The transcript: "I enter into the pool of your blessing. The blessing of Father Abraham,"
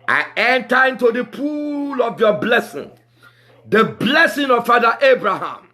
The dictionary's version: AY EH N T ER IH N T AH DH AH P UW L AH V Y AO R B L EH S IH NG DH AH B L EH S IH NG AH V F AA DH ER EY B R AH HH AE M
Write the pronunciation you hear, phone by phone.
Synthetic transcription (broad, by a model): AY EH N T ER IH N T AH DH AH P UW L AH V Y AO B L EH S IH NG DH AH B L EH S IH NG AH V F AA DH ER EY B R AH HH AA M